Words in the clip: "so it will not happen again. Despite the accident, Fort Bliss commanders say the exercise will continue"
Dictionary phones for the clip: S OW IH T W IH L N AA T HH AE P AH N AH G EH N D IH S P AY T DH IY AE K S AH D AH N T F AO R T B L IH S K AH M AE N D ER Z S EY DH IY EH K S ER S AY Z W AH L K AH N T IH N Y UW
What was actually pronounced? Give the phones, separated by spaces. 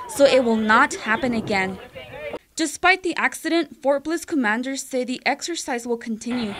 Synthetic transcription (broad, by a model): S OW IH T W IH L N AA T HH AE P AH N AH G EH N D IH S P AY T DH IY AE K S AH D AH N T F AO R T B L IH S K AH M AE N D ER Z S EY DH IY EH K S ER S AY Z W AH L K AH N T IH N Y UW